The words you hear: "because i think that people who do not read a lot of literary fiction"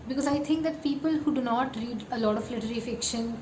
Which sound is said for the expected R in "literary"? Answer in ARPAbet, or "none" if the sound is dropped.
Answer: L